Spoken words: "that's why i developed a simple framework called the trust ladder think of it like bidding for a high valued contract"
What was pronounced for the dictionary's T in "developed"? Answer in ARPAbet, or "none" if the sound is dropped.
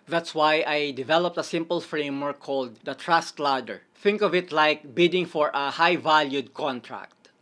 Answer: T